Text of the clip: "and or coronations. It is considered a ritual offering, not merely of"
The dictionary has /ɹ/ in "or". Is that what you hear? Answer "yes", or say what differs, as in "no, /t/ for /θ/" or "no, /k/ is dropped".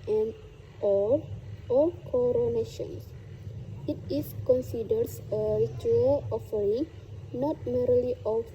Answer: no, /l/ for /ɹ/